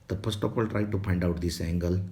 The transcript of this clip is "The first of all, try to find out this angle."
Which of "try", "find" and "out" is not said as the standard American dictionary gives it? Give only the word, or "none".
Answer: find